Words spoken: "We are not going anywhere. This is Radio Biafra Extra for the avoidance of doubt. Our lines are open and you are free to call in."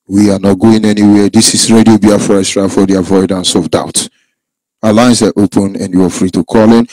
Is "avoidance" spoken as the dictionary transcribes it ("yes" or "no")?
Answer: yes